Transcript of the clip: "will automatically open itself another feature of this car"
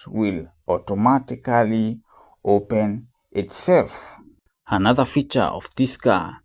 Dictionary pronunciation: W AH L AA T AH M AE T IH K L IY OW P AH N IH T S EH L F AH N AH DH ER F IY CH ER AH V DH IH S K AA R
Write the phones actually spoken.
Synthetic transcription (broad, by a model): W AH L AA T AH M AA T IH K L IY OW P AH N IH T S EH L F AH N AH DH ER F IY CH ER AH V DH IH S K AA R